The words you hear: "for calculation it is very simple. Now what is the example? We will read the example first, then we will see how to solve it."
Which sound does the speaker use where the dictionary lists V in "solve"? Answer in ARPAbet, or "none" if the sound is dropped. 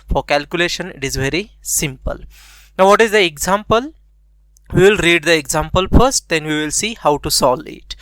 none